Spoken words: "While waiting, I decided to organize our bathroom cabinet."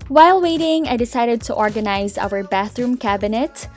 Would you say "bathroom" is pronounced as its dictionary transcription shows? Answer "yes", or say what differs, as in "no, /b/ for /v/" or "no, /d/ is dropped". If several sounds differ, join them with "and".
yes